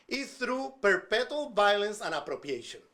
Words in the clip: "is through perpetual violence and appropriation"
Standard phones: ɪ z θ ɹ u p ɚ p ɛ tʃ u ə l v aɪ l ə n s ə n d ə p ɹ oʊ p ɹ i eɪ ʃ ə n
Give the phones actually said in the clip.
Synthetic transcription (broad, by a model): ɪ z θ ɹ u p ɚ p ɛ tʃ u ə l v aɪ l ə n s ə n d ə p ɹ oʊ p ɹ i eɪ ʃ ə n